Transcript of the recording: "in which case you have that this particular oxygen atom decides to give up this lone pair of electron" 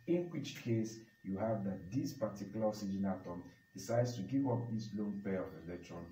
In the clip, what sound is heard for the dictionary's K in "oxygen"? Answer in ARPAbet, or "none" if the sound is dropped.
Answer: none